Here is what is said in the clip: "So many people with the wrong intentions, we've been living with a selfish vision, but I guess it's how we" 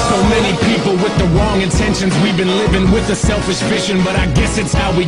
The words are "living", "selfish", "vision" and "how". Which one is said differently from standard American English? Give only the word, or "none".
vision